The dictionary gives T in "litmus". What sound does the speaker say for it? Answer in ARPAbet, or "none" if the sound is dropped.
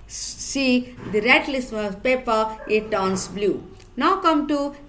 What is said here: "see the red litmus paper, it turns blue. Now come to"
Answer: S